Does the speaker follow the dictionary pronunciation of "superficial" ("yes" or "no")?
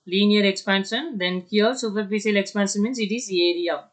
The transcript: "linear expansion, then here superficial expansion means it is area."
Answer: no